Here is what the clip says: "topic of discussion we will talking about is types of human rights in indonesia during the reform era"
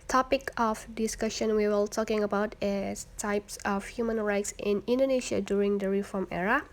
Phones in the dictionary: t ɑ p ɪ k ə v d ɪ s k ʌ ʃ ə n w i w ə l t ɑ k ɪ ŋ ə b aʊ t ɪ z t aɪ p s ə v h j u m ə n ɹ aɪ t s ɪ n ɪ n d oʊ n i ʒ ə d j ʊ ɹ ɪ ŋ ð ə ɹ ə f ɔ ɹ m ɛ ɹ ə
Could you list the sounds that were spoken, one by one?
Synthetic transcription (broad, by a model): t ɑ p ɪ k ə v d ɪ s k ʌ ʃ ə n w i w ə l t ɑ k ɪ ŋ ə b aʊ t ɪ s t aɪ p s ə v h j u m ə n ɹ aɪ t s ɪ n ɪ n d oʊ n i ʃ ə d j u ɹ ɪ ŋ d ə ɹ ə f ɔ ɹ m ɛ ɹ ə